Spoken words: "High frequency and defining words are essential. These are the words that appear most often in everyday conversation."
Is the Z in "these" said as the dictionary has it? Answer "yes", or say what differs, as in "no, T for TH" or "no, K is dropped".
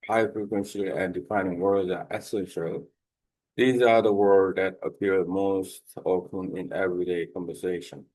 yes